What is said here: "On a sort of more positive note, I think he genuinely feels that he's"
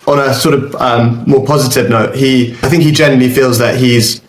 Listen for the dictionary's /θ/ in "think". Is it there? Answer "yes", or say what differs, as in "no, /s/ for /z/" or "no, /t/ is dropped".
yes